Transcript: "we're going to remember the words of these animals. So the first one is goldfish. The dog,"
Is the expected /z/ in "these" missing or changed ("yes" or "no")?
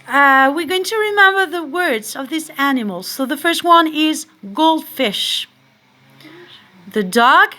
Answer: yes